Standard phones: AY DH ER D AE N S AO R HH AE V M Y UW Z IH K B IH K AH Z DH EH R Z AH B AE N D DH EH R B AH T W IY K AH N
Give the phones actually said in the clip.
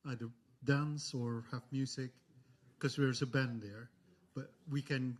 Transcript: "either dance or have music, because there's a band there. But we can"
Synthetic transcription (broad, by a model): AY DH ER D AE N S AO R HH AE V M Y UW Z IH K K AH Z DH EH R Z AH B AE N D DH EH R B AH T W IY K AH N